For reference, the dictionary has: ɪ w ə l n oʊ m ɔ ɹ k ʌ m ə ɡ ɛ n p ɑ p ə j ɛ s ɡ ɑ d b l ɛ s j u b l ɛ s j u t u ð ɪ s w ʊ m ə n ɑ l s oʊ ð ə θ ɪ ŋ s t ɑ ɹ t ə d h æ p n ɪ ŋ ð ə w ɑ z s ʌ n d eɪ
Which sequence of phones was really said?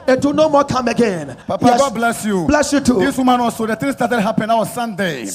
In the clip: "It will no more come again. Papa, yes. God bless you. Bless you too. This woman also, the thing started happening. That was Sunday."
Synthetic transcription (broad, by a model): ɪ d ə n oʊ m ɔ k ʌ m ə ɡ ɛ n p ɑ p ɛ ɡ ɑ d b l ɛ s j u b l ɛ s j u t u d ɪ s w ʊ m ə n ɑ s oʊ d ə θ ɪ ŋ s t ɑ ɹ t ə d h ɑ p ɪ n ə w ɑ s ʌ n d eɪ